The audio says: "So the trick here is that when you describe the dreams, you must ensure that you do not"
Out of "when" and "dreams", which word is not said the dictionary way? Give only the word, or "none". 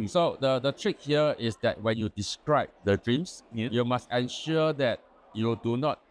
dreams